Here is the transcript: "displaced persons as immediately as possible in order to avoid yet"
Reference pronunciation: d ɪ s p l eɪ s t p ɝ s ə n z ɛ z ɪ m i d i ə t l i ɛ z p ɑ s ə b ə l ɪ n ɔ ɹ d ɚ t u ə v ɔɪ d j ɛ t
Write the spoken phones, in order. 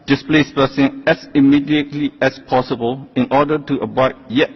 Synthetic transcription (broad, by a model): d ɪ s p l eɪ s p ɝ s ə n ɛ s ɪ m i d i ə t l i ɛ s p ɑ s ə b ə l ɪ n ɔ d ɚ t u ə b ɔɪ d j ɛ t